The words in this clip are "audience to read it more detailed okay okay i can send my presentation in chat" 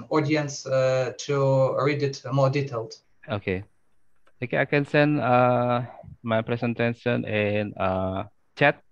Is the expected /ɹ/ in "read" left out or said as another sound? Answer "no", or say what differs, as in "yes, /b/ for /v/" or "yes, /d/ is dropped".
no